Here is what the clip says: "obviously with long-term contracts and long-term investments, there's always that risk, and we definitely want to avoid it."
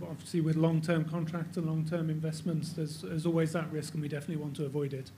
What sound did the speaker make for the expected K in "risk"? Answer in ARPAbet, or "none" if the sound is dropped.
K